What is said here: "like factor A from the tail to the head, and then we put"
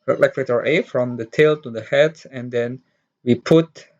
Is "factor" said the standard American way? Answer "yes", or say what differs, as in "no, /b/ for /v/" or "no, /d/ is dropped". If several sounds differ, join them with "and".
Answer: no, /k/ is dropped